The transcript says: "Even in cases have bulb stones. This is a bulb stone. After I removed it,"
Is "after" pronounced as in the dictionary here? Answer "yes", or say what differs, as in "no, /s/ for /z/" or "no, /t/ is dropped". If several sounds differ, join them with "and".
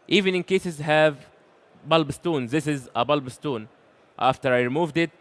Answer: yes